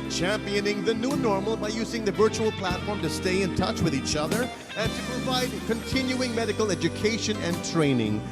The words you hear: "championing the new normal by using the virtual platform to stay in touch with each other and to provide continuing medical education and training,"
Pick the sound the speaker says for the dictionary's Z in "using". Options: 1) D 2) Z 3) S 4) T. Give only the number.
2